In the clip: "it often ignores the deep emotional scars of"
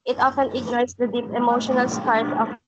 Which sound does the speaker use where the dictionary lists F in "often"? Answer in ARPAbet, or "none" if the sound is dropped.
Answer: F